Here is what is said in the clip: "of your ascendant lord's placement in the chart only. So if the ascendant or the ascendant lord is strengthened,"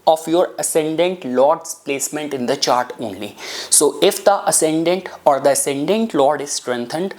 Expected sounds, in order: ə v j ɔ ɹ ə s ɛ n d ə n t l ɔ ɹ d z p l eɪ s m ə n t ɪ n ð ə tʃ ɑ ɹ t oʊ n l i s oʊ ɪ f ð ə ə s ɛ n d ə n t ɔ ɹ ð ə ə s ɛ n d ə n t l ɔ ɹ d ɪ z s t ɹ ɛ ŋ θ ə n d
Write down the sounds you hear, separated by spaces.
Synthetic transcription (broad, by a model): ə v j ɔ ɹ ə s ɛ n d ə n t l ɔ ɹ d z p l eɪ s m ə n t ɪ n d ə tʃ ɑ ɹ t oʊ n l i s oʊ ɪ f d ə ə s ɛ n d ə n t ɔ ɹ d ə ə s ɛ n d ə n t l ɔ ɹ d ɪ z s t ɹ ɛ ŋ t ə n d